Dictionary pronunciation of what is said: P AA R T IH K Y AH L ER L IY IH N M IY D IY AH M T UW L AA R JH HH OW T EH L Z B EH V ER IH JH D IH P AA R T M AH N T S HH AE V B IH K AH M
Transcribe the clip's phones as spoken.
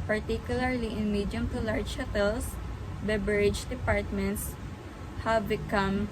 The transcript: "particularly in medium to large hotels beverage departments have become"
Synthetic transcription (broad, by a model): P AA R T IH K Y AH L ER L IY IH N M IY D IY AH M T UW L AA R JH HH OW T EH L S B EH B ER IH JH D IH P AA R T M AH N T S HH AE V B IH K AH M